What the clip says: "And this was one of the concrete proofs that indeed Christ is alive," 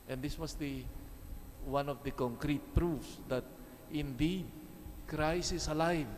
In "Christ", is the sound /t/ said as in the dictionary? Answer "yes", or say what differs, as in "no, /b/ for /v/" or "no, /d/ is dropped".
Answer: no, /t/ is dropped